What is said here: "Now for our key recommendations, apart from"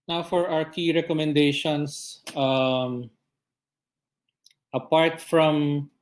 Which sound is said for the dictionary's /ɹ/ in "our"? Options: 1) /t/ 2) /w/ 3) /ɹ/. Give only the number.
2